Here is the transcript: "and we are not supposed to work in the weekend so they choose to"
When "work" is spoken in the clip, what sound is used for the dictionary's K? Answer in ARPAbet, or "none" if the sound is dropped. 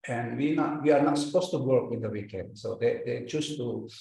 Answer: K